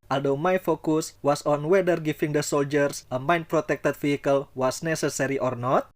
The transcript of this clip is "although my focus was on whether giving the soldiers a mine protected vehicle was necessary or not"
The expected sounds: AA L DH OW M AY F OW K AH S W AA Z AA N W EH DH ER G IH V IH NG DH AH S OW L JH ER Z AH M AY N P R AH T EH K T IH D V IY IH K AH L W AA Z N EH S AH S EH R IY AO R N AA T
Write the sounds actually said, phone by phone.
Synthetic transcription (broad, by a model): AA L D OW M AY F OW K AH S W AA S AA N W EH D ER G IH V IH NG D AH S OW L JH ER S AH M AY N P R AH T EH K T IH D F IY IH K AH L W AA S N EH S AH S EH R IY AO R N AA T